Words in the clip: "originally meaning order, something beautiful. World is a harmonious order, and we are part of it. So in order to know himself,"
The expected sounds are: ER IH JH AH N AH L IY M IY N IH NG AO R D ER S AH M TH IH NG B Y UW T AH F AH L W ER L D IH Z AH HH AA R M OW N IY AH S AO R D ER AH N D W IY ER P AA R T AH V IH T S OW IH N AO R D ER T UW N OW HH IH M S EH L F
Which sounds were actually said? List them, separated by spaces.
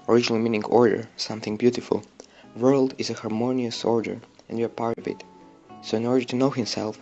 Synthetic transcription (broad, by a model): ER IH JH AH N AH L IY M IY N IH NG AO R D ER S AH M TH IH NG B Y UW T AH F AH L W ER L D IH Z AH HH AA R M OW N IY AH S AO R D ER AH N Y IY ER P AA R T AH V IH T S OW IH N AO R D ER T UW N OW HH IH M S EH L F